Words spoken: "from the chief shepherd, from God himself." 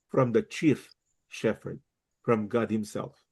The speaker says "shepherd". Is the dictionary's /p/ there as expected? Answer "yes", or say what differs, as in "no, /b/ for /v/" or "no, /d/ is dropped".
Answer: no, /f/ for /p/